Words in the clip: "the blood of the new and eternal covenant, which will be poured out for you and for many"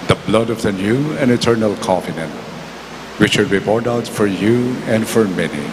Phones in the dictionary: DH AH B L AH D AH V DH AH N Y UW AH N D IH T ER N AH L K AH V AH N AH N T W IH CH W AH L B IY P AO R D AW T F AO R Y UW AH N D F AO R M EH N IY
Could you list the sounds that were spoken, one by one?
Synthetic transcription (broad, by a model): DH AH B L AH D AH V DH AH N Y UW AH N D IH T ER N AH L K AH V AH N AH N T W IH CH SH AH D B IY B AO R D AW T F AO R Y UW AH N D F AO R M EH N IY